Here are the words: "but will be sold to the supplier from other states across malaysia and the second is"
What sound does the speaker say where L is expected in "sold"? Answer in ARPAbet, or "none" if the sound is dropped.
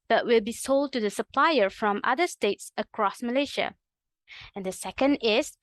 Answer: L